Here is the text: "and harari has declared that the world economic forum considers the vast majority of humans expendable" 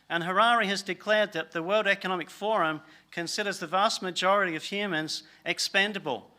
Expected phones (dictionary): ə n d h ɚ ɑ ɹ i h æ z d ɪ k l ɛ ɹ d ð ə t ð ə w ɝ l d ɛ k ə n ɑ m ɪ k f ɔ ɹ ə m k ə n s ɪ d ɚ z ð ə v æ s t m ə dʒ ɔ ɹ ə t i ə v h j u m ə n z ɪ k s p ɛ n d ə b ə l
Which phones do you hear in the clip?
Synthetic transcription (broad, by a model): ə n h ɚ ɑ ɹ i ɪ z d ɪ k l ɛ ɹ d ð ə t ð ə w ɝ l d ɛ k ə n ɑ m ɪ k f ɔ ɹ ə m k ə n s ɪ d ɚ z ð ə v æ s t m ə dʒ ɔ ɹ ə t i ə v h j u m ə n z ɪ k s p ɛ n d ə b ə l